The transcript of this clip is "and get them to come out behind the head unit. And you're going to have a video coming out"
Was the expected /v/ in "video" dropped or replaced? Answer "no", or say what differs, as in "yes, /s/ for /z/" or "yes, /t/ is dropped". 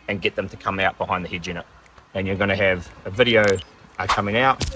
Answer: no